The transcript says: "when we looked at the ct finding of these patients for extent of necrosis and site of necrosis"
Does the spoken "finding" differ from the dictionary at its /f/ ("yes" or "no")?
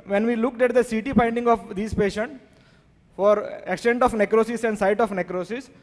yes